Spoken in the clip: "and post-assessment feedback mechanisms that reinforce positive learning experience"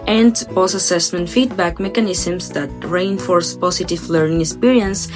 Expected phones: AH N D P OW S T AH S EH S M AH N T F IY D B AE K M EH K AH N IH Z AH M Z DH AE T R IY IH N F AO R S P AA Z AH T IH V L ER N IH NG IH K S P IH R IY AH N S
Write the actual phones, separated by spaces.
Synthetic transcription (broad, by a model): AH N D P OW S AH S EH S M AH N T F IY D B AE K M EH K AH N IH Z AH M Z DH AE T R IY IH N F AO R S P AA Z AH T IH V L ER N IH NG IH K S P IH R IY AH N S